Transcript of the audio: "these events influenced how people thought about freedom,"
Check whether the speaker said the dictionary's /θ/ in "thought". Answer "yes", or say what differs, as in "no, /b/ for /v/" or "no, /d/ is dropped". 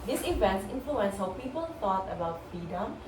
no, /t/ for /θ/